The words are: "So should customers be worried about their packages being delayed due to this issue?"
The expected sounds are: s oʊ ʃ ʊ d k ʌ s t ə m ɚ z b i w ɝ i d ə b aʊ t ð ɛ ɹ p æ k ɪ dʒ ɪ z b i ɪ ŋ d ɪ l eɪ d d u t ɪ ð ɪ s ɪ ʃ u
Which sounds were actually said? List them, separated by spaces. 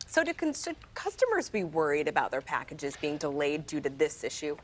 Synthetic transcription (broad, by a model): s oʊ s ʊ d k ʌ s t ə m ɚ z b i w ɝ i d ə b aʊ t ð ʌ ɹ p æ k ɪ dʒ ɪ z b i ɪ ŋ d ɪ l eɪ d d u t ɪ ð ɪ s ɪ ʃ u